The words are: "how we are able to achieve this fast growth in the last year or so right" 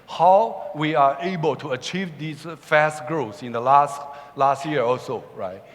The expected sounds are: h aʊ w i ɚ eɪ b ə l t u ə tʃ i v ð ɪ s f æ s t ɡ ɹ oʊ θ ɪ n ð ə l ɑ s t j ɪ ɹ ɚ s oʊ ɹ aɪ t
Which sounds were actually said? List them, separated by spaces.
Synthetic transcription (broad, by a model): h aʊ w i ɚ eɪ b ə l t u ə tʃ i v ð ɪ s f æ s t ɡ ɹ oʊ s ɪ n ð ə l ɑ s t j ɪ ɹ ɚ s oʊ ɹ aɪ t